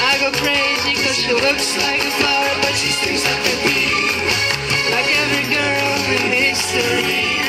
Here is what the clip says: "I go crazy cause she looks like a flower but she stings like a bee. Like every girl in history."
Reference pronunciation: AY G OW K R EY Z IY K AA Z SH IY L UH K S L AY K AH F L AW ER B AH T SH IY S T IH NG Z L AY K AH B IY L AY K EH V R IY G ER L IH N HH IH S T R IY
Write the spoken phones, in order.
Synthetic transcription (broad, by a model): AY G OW K R EY Z IY K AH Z SH IY L UH K S L AY K AH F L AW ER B AH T SH IY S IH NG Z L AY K AH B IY L AY K EH V R IY G ER L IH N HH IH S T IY